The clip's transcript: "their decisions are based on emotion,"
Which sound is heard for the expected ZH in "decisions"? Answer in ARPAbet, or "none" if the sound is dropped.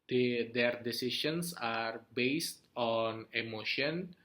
SH